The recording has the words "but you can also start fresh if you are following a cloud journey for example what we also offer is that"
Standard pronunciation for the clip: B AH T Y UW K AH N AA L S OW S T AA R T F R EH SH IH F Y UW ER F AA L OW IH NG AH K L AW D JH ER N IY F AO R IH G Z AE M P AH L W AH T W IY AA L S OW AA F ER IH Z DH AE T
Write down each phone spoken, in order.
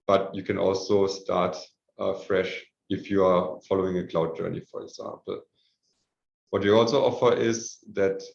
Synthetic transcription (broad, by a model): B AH T Y UW K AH N AA L S OW S T AA R T F R EH SH IH F Y UW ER F AA L OW IH NG AH K L AW D JH ER N IY F AO R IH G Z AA M P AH L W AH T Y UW AA L S OW AA F ER IH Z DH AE T